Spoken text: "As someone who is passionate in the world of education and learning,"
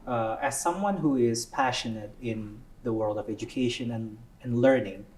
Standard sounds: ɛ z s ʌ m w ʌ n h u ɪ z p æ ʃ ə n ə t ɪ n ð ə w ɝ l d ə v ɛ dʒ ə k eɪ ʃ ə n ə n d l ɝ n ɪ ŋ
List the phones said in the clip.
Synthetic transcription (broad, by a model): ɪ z s ʌ m w ʌ n h u ɪ z p æ ʃ ə n ə t ɪ n ð ə w ɝ l d ə v ɛ dʒ ə k eɪ ʃ ə n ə n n l ɝ n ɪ ŋ